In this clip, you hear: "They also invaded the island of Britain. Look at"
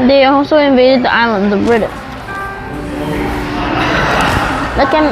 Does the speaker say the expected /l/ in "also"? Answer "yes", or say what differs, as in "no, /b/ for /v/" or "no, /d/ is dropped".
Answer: no, /l/ is dropped